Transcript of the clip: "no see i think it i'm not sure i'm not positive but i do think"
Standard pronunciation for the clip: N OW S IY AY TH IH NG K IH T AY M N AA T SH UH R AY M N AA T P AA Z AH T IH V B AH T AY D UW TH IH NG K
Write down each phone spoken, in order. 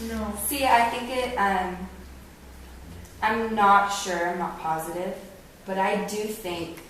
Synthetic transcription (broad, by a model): N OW S IY AY TH IH NG K IH T AY M N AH T SH UH R AY M N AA T P AA Z AH T IH V B AH T AY D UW TH IH NG K